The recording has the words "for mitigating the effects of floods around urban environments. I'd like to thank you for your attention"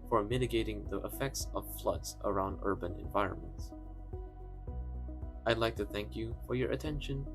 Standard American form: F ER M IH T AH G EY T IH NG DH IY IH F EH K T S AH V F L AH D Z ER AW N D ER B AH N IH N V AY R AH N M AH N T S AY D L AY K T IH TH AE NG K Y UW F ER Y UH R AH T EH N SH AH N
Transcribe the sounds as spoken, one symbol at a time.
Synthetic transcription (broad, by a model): F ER M IH T AH G EY T IH NG DH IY IH F EH K T S AH V F L AH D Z ER AW N D ER B AH N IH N V AY R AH N M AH N T S AY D L AY K T IH TH AE NG K Y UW F ER Y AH R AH T EH N SH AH N